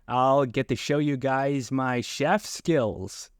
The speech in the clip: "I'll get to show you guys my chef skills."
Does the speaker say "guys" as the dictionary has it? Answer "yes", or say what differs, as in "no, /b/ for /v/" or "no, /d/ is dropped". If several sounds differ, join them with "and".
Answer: yes